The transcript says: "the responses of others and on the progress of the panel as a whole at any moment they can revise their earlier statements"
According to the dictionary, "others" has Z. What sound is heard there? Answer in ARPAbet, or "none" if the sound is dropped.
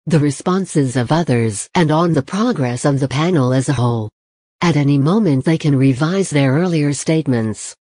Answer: Z